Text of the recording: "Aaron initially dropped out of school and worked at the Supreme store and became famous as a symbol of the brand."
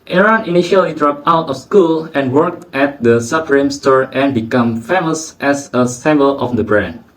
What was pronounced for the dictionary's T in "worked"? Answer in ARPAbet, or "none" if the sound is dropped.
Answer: T